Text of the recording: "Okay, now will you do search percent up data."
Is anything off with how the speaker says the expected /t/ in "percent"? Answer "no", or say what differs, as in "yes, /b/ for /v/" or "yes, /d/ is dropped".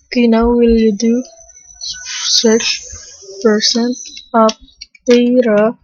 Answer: yes, /t/ is dropped